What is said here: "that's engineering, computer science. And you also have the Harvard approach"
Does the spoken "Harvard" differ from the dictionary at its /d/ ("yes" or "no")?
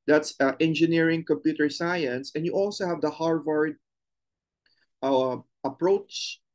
no